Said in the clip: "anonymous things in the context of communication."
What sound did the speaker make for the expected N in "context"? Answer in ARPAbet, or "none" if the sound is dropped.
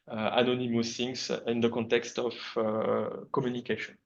N